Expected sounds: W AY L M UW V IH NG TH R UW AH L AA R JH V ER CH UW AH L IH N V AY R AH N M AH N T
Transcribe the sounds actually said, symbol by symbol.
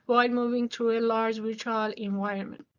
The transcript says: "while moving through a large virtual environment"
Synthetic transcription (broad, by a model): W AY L M UW V IH NG T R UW AH L AA R JH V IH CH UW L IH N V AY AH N M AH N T